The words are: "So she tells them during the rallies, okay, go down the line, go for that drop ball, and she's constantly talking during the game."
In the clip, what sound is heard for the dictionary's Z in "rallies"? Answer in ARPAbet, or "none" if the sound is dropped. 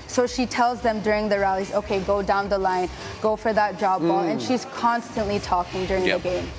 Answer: Z